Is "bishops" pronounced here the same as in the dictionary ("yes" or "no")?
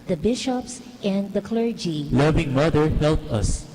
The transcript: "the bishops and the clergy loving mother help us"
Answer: yes